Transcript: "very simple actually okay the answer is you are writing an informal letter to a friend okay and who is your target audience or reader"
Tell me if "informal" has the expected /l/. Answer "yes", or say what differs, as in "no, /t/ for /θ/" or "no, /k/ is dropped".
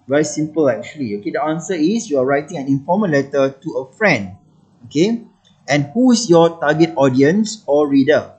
no, /n/ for /l/